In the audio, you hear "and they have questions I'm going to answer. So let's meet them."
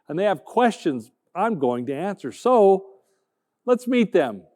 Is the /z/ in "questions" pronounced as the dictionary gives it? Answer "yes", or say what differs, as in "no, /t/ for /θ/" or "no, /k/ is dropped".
yes